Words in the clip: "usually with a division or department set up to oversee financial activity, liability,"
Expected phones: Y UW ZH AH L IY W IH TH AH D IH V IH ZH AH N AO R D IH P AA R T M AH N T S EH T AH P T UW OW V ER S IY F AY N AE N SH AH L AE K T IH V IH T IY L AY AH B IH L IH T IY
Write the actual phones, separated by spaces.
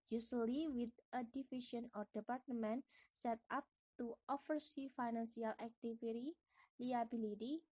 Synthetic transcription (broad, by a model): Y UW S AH L IY W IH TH AH D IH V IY SH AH N AO R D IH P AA R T M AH N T S EH T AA P T UW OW F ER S IY F AY N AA N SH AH L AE K T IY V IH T IY L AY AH B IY L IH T IY